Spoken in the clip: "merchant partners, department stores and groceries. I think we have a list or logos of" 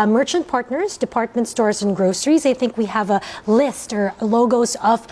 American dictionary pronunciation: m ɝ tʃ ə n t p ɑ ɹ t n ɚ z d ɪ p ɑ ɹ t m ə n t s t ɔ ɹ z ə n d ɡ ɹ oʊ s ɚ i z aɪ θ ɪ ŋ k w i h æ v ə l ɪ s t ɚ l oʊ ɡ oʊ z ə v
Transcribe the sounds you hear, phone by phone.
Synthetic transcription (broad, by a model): m ɝ tʃ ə n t p ɑ ɹ t n ɚ z d ɪ p ɑ ɹ t m ə n t s t ɔ ɹ z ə n ɡ ɹ oʊ s ɚ i z aɪ θ ɪ ŋ k w i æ v ə l ɪ s t ɚ l oʊ ɡ oʊ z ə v